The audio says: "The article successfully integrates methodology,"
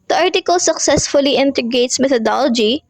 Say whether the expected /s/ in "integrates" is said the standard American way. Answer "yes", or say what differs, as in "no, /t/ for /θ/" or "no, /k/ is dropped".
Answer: yes